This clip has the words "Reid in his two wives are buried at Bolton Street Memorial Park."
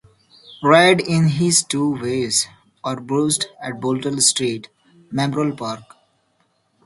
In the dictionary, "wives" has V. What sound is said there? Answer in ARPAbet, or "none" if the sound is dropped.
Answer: none